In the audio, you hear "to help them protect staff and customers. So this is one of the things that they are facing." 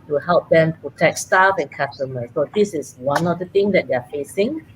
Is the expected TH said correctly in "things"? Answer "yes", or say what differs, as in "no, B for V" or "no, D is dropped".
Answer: no, T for TH